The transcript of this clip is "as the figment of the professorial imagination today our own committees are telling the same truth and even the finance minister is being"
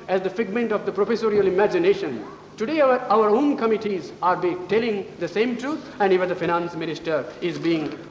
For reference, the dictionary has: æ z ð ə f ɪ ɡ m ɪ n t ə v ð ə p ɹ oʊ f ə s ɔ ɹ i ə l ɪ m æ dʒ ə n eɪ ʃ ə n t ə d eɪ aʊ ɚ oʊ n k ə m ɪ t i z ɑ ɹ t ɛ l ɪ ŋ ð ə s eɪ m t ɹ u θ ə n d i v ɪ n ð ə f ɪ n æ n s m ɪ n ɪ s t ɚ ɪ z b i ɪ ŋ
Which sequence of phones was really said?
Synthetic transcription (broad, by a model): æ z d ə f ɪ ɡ m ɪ n t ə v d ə p ɹ oʊ f ə s ɔ ɹ i ə l ɪ m æ dʒ ə n eɪ ʃ ə n t ə d eɪ aʊ ɚ oʊ n k ə m ɪ t i z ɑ ɹ t ɛ l ɪ ŋ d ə s eɪ m t ɹ u t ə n d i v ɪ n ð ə f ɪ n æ n s m ɪ n ɪ s t ɚ ɪ z b i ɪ ŋ